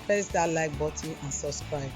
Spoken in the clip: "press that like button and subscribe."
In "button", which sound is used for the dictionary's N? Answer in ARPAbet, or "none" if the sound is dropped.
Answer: none